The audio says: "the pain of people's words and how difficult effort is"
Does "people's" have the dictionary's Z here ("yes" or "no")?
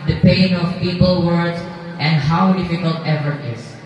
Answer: no